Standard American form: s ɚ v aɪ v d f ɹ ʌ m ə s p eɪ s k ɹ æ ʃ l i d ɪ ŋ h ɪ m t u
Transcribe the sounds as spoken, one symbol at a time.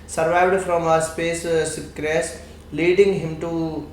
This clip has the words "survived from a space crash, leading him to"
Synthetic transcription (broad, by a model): s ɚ v aɪ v d f ɹ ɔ m ə s p eɪ s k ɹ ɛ s l i d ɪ ŋ h ɪ m t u